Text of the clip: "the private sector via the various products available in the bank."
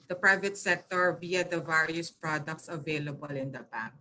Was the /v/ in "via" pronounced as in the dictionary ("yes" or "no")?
no